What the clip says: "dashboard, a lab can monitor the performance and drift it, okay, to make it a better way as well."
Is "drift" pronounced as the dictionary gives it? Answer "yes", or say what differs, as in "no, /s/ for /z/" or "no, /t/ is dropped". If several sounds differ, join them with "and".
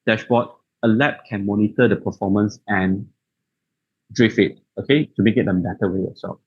no, /t/ is dropped